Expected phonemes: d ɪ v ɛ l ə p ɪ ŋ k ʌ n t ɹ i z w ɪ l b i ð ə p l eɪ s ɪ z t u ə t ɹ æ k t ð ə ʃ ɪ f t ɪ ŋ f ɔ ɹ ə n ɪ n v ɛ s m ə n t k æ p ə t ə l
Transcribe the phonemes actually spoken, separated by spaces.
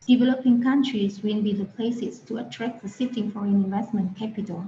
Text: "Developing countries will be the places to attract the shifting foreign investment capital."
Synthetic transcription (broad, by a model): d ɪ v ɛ l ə p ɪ ŋ k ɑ n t ɹ i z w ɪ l b i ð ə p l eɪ s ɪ s t u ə t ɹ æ k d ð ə s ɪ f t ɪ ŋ f ɔ ɹ ə n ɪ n v ɛ s m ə n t k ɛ p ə t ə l